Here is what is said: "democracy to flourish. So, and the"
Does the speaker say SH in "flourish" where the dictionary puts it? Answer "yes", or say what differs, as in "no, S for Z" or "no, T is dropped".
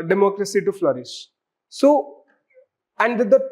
no, S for SH